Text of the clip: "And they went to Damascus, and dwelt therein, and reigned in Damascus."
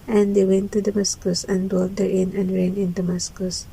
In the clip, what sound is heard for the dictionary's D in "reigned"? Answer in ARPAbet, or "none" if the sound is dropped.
none